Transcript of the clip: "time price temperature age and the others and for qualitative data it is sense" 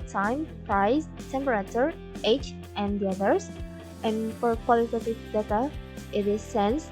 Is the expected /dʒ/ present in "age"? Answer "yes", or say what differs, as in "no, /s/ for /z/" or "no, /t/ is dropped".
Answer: no, /tʃ/ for /dʒ/